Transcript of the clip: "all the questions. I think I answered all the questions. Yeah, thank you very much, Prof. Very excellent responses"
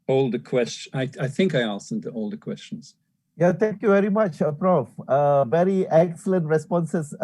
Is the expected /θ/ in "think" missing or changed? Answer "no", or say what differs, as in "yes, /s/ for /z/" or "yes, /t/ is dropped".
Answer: no